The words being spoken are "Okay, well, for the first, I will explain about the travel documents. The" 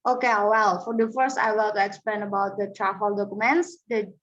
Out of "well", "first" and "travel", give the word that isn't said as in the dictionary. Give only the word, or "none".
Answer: travel